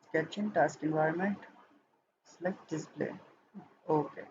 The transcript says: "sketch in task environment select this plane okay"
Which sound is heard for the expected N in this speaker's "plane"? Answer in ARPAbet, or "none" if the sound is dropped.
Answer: none